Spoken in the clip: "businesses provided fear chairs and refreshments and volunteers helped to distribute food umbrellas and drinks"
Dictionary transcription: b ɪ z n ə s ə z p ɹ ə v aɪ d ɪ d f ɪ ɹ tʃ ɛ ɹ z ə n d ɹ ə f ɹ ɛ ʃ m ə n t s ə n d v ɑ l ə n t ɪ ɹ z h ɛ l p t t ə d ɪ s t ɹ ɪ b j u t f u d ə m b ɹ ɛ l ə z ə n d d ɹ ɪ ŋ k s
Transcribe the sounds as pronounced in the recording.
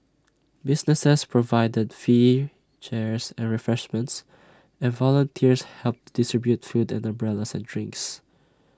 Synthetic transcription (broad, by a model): b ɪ s n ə s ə s p ɹ ə v aɪ d ɪ d f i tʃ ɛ ɹ s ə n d ɹ ə f ɹ ɛ ʃ m ə n t s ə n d v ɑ l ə n t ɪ ɹ s h ɛ l p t t d ɪ s t ɹ ɪ b j u t f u d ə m b ɹ ɛ l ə s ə n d d ɹ ɪ ŋ k s